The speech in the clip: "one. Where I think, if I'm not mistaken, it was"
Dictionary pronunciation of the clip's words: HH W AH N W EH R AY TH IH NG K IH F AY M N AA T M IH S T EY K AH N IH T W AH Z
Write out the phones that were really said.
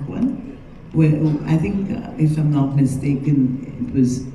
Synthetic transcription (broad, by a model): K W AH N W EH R AY TH IH NG K IH F AY M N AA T M IH S T EY K AH N IH T W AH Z